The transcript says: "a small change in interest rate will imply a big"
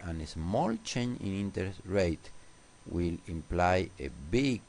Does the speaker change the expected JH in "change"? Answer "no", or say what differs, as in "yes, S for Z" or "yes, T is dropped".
yes, JH is dropped